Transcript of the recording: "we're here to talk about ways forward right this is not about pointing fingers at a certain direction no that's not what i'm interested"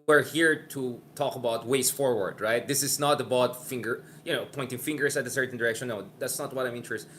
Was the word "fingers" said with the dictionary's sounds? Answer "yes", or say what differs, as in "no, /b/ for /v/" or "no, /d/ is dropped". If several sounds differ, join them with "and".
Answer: no, /s/ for /z/